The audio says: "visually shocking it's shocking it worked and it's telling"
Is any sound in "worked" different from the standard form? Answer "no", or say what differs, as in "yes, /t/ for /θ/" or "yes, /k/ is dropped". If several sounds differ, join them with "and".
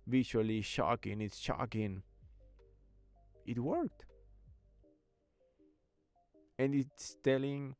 no